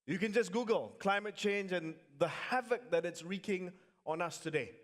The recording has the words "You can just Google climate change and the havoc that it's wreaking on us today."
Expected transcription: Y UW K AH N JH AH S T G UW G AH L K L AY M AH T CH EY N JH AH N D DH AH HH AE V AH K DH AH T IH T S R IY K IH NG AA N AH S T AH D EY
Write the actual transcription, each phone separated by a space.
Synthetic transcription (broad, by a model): Y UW K AH N JH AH S G UW G AH L K L AY M AH T CH EY N JH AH N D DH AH HH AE V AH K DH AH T IH T S R IY K IH NG AA N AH S T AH D EY